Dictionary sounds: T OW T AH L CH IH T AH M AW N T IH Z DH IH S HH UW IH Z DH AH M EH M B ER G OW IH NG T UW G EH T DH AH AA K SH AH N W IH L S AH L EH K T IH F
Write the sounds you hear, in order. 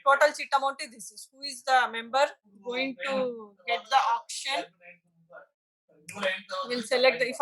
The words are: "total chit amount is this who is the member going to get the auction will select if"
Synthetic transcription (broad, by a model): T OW T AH L S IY T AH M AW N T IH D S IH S HH UW IH Z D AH M EH M B ER G OW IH NG T UW G EH T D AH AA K SH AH N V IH L S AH L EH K T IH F